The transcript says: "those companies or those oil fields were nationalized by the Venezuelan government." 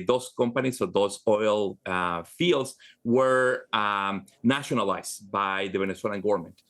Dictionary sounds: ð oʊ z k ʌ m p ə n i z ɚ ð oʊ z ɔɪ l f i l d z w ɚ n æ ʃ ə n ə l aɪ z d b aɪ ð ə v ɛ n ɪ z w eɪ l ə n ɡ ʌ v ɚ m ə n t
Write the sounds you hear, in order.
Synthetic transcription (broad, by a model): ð oʊ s k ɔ m p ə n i s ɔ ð oʊ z ɔɪ l f i l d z w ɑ n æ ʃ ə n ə l aɪ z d b aɪ ð ə b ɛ n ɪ s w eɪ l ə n ɡ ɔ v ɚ m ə n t